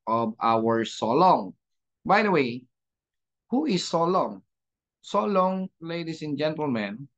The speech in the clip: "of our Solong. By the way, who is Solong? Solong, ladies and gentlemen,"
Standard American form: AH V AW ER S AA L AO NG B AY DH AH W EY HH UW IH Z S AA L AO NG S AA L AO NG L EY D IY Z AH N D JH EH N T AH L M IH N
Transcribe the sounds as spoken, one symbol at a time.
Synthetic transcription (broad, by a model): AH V AW ER S AA L AO NG B AY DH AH W EY HH UW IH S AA L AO NG S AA L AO NG L EY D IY S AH N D JH EH N T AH L M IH N